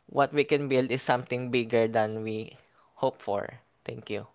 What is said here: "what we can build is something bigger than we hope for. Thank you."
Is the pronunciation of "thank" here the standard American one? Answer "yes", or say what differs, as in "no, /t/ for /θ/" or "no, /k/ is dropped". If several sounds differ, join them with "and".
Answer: no, /t/ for /θ/